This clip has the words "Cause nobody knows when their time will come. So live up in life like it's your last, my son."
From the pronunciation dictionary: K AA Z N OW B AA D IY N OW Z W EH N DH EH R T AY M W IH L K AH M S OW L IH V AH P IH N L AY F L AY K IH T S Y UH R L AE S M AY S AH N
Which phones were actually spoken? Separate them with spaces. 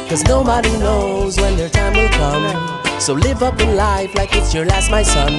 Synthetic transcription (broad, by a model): K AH Z N OW B AA D IY N OW Z W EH N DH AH R T AY M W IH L K AH M S OW L IH V AH P IH N L AY F L AY K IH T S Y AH R L AE S M AY S AH N